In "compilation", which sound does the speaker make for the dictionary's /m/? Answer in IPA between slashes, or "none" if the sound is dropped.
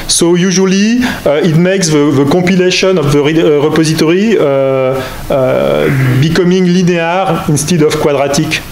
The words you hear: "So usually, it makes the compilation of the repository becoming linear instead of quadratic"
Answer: none